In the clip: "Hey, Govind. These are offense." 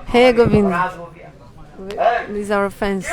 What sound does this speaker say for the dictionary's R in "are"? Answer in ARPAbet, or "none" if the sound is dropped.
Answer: W